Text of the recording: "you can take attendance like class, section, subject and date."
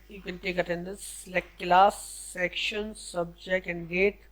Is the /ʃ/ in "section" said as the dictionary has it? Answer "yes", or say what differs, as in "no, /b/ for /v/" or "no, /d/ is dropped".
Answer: yes